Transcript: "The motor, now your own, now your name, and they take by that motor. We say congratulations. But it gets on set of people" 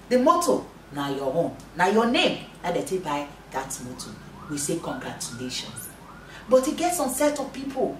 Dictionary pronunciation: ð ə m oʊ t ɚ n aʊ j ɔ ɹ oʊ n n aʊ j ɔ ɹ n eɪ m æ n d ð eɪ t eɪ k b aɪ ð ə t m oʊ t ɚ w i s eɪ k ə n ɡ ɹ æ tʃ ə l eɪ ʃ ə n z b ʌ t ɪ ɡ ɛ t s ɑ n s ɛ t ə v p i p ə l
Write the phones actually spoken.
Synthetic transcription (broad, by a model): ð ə m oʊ t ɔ n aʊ j ɔ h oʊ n n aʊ j ɔ n eɪ m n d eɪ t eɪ b aɪ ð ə t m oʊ t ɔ w i s eɪ k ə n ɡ ɹ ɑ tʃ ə l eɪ ʃ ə n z b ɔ t ɪ ɡ ɛ t s ɑ n s ɛ t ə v p i p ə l